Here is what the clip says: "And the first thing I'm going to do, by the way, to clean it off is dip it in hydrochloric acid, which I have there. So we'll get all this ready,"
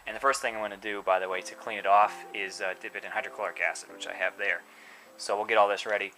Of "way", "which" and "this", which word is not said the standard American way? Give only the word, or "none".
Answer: none